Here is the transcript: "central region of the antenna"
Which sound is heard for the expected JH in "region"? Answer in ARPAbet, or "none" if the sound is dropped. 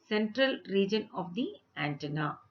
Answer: JH